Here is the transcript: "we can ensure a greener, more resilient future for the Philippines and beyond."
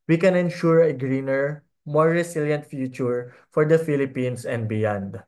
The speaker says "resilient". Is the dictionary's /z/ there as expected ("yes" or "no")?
no